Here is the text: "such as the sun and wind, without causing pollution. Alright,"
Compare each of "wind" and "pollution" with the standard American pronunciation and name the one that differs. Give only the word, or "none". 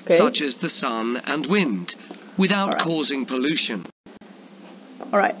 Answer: none